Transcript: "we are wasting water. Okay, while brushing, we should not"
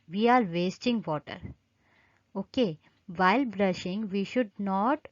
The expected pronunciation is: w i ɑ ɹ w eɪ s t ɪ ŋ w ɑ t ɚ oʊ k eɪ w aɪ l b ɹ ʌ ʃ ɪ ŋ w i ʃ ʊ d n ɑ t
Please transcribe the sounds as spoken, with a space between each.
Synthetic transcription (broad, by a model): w i ɑ ɹ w eɪ s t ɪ ŋ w ɑ t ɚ oʊ k eɪ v aɪ l b ɹ ʌ ʃ ɪ ŋ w i ʃ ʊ d n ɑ t